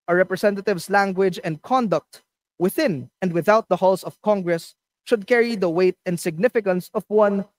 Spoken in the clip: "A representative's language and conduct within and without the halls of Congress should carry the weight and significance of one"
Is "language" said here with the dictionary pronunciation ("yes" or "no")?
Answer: yes